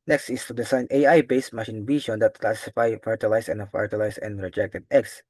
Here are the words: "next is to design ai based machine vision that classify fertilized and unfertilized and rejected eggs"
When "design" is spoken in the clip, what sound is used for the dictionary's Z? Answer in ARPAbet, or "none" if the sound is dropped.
S